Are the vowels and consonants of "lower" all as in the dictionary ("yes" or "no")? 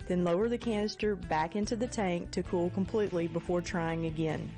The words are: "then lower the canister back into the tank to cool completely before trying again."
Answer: yes